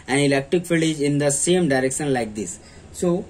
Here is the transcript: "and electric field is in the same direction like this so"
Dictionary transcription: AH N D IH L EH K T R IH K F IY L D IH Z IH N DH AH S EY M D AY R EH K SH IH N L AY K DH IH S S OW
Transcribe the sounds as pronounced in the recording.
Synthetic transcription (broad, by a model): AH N IH L EH K T R IH K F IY L IH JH IH N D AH S EY M D AY R EH K SH IH N L AY K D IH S S OW